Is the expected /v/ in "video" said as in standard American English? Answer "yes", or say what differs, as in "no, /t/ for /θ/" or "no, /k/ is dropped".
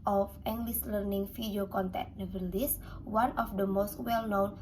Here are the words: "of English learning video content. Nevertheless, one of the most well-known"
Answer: no, /f/ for /v/